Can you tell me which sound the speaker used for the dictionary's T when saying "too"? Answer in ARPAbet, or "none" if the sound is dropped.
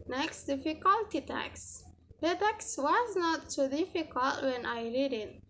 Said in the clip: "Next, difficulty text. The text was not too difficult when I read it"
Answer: S